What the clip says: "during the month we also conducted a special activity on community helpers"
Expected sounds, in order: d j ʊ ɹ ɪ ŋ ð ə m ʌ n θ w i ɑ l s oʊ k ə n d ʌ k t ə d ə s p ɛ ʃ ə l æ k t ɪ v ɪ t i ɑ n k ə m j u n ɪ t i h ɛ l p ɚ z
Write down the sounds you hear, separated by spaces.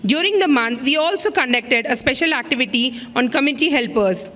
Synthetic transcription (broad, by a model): d j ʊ ɹ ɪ ŋ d ə m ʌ n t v i ɑ l s oʊ k ə n d ʌ k t ə d ə s p ɛ ʃ ə l æ k t ɪ v ɪ t i ɑ n k ə m j u n ɪ t i h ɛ l p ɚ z